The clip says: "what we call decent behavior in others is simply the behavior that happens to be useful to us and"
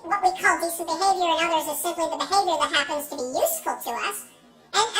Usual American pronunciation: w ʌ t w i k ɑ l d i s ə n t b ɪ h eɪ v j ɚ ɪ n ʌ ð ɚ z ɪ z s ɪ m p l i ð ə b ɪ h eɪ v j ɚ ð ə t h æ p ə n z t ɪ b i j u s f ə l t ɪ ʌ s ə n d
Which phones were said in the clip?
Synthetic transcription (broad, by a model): w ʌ t w i k ɑ l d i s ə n b ɪ h eɪ v j ɚ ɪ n ʌ ð ɚ z ɪ z s ɪ m p l i ð ə b ɪ h eɪ v j ɚ ð ə t h æ p ə n z t ɪ b i j u s f ə l t ɪ ʌ s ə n